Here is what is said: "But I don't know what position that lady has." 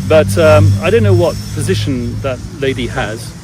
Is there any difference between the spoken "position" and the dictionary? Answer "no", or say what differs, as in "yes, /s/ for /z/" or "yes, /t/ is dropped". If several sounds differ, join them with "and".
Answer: no